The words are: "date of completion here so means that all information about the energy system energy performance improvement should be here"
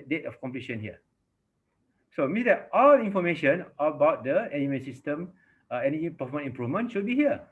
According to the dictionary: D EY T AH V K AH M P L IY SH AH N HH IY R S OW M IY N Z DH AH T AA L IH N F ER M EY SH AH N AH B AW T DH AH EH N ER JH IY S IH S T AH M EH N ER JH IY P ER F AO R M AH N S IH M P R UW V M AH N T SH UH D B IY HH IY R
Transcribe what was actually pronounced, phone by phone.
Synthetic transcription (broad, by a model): D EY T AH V K AH M P L IY SH AH N HH IY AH S OW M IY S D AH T AA L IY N F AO M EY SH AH N AH B AW T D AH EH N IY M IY S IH S T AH M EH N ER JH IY P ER F AO M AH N IH M P R UW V M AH N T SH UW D B IY HH IY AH